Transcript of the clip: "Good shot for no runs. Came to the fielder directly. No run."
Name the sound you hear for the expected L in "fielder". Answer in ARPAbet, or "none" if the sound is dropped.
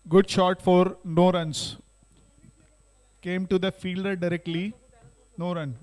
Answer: L